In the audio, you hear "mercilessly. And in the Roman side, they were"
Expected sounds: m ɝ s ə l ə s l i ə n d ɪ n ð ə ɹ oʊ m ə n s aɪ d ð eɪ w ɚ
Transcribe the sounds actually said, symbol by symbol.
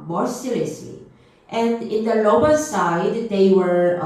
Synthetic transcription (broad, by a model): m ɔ s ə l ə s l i ə n d ɪ n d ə l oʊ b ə l s aɪ d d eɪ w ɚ